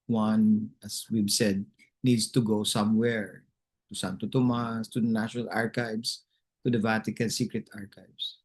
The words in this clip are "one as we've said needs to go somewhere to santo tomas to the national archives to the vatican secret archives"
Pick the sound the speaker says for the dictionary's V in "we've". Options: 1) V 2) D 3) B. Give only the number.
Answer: 3